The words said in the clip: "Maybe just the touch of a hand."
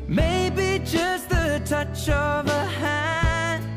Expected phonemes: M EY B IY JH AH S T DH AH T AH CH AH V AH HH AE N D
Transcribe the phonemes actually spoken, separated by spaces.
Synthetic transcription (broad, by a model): M EY B IY JH AH S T DH AH T AH CH AH V AH HH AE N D